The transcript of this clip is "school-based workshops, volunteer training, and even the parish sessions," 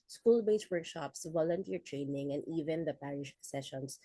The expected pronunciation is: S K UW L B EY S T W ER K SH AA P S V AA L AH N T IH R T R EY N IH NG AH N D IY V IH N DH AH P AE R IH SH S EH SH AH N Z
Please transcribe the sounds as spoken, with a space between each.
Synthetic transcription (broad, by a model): S K UW L B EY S W ER K SH AA P S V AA L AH N T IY R T R EY N IH NG AH N D IY V IH N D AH P AE R IH SH S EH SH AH N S